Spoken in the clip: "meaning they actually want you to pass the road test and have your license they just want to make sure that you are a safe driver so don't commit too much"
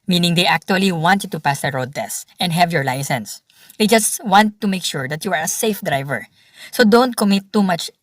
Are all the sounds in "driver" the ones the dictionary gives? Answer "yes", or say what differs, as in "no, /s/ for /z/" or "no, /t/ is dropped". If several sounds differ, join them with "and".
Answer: yes